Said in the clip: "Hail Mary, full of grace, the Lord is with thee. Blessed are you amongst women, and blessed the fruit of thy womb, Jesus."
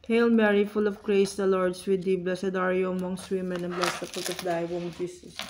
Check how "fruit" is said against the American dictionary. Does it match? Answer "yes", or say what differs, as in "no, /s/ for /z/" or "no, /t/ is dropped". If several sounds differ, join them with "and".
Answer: no, /ɹ/ is dropped